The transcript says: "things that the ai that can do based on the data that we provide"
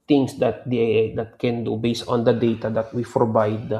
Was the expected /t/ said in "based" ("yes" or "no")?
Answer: yes